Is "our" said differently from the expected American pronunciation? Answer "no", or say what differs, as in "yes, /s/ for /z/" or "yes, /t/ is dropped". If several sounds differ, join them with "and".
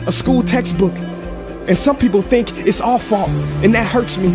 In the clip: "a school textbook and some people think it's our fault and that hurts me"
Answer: yes, /l/ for /ɹ/